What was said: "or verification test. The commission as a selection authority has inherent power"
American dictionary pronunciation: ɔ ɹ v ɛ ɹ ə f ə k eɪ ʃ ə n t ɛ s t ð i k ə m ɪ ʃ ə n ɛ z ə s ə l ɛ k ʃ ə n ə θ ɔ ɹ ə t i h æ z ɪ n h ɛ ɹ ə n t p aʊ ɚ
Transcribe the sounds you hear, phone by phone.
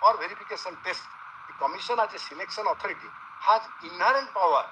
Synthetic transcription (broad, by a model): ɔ ɹ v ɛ ɹ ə p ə k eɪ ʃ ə n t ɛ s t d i k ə m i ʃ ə n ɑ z ə s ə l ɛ k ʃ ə n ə t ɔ ɹ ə t i h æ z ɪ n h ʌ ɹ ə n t p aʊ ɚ